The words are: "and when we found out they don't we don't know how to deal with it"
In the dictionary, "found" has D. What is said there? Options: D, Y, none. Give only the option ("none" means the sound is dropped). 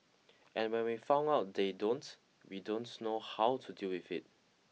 none